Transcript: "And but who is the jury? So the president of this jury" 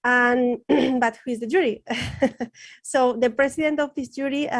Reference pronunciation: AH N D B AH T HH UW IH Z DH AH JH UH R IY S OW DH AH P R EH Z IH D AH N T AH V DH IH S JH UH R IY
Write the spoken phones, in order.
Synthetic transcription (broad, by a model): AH N B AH T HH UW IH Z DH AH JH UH R IY S OW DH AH P R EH S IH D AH N T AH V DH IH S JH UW R IY